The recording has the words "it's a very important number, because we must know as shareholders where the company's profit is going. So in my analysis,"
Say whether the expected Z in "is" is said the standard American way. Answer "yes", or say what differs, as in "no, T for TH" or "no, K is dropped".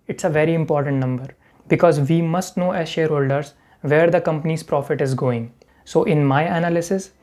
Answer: yes